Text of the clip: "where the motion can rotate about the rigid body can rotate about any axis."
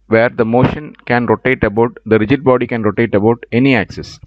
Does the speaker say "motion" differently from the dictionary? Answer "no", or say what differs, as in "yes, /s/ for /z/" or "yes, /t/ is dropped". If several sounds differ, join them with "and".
no